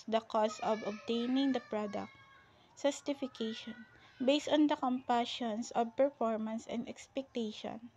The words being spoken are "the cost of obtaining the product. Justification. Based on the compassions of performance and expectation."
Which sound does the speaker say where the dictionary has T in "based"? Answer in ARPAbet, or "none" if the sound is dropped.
T